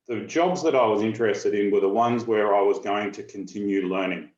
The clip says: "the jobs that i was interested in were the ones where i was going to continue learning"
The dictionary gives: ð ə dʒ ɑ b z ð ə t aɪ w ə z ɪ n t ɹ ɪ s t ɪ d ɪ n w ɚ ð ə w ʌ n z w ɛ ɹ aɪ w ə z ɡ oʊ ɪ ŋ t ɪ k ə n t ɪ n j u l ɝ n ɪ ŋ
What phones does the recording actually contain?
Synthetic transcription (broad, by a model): ð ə dʒ ɑ b z ð ə t aɪ w ə z ɪ n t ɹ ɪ s t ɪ d ɪ n w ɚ ð ə w ʌ n z w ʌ ɹ aɪ w ə z ɡ oʊ ɪ ŋ t ɪ k ə n t ɪ n j u l ɝ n ɪ ŋ